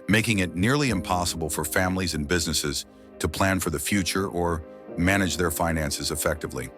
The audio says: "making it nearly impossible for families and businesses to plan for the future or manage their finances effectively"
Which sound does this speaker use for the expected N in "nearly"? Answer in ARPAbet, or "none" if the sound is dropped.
N